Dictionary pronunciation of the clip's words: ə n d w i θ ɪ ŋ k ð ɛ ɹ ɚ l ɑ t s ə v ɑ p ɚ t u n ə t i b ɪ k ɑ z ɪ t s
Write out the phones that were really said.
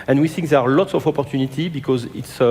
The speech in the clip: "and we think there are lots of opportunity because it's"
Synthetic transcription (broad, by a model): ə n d w i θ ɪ ŋ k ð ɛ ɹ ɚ l ɑ t s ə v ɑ p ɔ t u n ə t i b ɪ k ɑ z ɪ t s